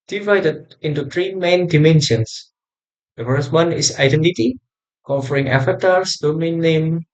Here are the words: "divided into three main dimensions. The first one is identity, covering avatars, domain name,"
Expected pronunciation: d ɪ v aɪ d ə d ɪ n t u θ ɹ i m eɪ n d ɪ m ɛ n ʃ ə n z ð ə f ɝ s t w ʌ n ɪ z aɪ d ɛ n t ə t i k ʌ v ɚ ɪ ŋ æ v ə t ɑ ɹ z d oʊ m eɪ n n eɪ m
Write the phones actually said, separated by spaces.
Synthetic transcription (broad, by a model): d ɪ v aɪ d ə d ɪ n t u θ ɹ i m eɪ n d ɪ m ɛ n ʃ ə n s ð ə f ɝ s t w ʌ n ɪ s aɪ d ɛ n t ə t i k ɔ f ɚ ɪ ŋ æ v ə t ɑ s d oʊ m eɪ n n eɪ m